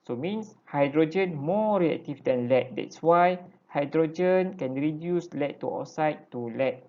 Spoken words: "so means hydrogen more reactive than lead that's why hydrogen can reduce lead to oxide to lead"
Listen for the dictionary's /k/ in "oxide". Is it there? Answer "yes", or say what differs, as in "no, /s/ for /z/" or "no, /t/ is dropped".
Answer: no, /k/ is dropped